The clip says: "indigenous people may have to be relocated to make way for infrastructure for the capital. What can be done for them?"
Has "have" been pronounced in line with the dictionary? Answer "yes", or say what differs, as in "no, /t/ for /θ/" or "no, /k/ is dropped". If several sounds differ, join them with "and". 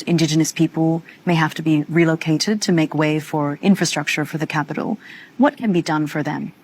no, /f/ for /v/